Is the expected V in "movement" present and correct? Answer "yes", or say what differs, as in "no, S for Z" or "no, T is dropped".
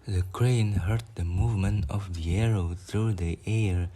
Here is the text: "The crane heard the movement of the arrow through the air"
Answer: yes